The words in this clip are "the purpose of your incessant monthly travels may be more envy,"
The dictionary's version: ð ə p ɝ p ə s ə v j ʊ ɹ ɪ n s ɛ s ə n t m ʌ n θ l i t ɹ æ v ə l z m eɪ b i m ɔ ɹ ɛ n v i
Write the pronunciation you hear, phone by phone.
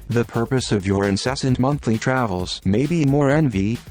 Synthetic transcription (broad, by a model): ð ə p ɝ p ə s ə v j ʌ ɹ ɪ n s ɛ s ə n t m ʌ n θ l i t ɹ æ v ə l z m eɪ b i m ɔ ɹ ɛ n v i